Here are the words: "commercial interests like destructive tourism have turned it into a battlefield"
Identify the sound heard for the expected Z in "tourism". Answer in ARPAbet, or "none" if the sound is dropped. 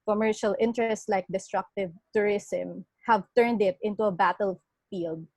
S